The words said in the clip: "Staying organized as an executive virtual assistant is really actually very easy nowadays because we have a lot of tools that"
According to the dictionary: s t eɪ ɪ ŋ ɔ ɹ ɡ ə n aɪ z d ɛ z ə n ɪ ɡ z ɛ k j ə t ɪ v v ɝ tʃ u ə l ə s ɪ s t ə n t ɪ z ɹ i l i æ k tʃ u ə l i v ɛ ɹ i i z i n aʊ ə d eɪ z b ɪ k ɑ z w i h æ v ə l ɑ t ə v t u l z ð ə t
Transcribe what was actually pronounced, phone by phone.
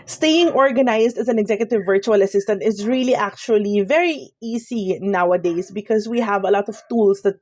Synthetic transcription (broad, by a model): s t eɪ ɪ ŋ ɔ ɹ ɡ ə n aɪ s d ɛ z ə n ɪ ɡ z ɛ k j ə t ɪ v v ɝ tʃ u ə l ə s ɪ s t ə n t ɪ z ɹ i l i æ k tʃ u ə l i v ɛ ɹ i i s i n aʊ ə d eɪ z b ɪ k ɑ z w i h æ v ə l ɑ t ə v t u l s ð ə t